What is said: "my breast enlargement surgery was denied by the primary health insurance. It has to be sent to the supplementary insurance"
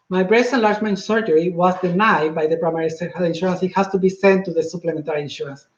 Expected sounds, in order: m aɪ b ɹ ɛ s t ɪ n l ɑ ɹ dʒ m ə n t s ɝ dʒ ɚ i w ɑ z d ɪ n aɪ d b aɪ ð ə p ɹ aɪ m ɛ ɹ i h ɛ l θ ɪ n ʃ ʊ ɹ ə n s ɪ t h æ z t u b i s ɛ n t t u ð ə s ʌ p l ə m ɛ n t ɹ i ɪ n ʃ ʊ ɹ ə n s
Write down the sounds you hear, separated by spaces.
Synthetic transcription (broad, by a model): m aɪ b ɹ ɛ s t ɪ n l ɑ ɹ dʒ m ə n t s ɝ dʒ ɚ i w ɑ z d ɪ n aɪ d b aɪ ð ə p ɹ aɪ m ɛ ɹ i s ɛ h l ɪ n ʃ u ɹ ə n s ɪ t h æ s t u b i s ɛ n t t u ð ə s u p l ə m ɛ n t ɹ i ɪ n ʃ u ɹ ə n s